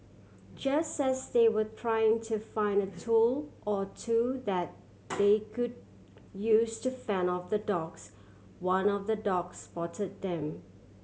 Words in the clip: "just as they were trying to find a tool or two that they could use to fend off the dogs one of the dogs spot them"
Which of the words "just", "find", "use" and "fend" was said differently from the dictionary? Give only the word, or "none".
fend